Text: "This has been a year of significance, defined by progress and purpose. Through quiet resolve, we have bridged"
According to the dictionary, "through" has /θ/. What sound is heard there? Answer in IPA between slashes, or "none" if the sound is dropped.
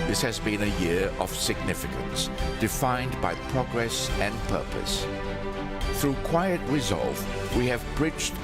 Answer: /θ/